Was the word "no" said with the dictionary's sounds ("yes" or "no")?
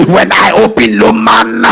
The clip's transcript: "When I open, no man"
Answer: no